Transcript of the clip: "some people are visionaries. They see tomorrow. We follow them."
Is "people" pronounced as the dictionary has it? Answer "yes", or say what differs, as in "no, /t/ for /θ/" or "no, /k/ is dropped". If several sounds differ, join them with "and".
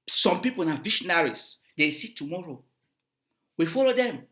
no, /n/ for /l/